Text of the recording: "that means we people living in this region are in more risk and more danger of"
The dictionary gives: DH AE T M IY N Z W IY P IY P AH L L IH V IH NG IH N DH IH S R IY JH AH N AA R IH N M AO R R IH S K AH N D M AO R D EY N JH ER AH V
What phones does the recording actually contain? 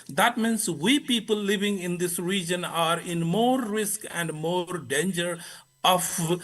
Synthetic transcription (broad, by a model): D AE T M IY N S W IY P IY P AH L L IH V IH NG IH N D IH S R IY JH AH N AA R IH N M AO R R IH S K AH N D M AO R D EY N JH ER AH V